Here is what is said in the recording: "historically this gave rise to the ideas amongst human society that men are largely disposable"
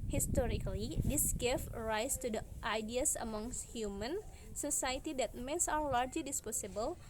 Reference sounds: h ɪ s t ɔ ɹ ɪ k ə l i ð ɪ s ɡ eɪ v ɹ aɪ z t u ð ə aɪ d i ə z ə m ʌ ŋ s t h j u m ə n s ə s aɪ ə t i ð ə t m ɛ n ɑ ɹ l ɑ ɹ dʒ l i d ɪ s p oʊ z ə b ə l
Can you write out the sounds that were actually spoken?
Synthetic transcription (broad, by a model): h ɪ s t ɔ ɹ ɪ k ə l i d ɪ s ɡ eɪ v ɹ aɪ s t u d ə aɪ d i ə s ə m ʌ ŋ s t h j u m ə n s ə s aɪ ə t i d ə t m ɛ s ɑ w l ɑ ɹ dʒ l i d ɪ s p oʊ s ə b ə l